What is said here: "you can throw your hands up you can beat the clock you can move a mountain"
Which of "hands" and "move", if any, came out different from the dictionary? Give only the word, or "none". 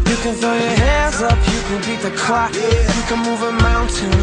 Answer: none